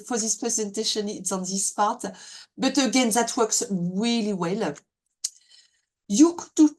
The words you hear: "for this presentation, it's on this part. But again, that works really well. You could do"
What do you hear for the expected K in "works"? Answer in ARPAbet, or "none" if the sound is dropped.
K